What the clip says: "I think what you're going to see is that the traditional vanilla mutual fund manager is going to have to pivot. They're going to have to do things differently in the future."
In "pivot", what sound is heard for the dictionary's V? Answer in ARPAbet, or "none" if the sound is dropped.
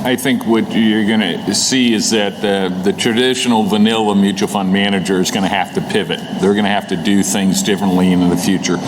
V